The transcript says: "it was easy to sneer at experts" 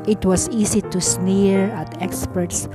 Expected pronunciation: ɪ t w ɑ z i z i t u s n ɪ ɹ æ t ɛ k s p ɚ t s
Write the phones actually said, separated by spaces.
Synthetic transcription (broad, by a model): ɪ t w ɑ s i s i t u s n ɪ ɹ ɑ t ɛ k s p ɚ t s